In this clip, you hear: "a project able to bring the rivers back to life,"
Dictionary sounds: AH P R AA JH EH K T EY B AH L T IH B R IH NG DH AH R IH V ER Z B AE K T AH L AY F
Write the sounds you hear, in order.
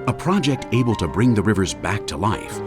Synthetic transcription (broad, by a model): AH P R AA JH EH K T EY B AH L T IH B R IH NG DH AH R IH V ER Z B AE K T AH L AY F